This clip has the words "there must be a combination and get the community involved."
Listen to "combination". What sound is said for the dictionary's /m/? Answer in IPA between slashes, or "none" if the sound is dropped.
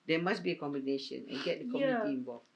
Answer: /m/